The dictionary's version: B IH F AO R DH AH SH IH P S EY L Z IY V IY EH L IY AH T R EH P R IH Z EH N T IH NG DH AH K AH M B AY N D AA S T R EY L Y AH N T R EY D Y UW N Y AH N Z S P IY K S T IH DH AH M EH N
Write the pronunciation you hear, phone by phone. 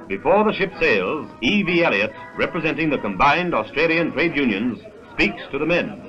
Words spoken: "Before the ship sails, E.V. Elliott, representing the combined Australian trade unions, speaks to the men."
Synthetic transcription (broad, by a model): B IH F AO R DH AH SH IH P S EY L Z IY V IY EH L IY AH T R EH P R IH Z EH N T IH NG DH AH K AH M B AY N D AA S T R EY L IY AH N T R EY D Y UW N Y AH N Z S P IY K S T IH DH AH M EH N